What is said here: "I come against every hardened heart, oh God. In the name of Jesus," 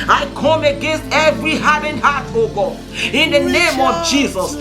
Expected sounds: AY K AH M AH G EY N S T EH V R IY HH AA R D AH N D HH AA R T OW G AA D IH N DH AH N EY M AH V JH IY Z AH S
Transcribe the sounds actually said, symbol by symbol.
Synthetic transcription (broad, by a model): AY K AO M AH G EY N S T EH V R IY HH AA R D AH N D HH AA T OW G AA IH N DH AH N EY M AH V JH IY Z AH S